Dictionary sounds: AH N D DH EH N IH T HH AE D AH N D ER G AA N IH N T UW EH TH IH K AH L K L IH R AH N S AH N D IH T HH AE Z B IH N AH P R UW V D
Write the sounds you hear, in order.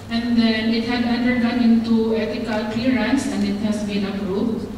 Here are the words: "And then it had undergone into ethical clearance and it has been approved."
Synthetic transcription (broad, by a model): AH N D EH N IH T HH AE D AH N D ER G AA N IH N T UW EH T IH K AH L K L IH R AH N S AH N D IH T HH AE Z B IH N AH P R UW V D